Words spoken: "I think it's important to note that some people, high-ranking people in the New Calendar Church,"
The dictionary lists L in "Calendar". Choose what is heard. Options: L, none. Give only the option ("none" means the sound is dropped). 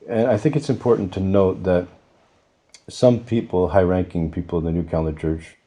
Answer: none